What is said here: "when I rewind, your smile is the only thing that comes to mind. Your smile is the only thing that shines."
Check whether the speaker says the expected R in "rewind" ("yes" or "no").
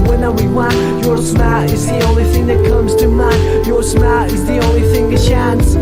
no